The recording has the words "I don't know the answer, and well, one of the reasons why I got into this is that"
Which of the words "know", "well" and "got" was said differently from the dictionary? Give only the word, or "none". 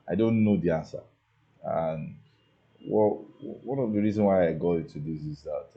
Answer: well